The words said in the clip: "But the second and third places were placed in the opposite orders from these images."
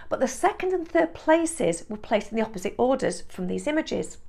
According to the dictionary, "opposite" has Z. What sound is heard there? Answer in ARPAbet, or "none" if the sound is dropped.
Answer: Z